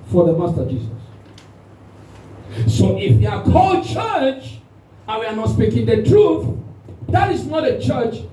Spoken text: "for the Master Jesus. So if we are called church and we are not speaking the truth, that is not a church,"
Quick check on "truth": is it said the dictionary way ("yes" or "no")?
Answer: yes